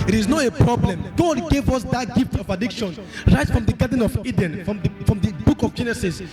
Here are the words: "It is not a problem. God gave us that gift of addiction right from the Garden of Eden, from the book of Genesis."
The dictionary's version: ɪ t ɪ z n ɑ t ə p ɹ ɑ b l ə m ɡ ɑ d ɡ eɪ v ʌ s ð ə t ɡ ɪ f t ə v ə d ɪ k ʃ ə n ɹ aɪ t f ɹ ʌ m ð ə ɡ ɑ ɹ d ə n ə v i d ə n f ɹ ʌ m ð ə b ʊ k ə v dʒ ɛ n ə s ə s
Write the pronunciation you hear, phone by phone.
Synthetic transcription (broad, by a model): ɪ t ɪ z n ɑ t ə p ɹ ɑ b l ə m ɡ ɑ d ɡ eɪ v ʌ s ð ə t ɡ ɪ f t ə v ə d ɪ k ʃ ə n ɹ aɪ t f ɹ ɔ m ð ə ɡ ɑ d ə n ə v i d ə n f ɹ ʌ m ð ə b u k ə v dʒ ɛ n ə s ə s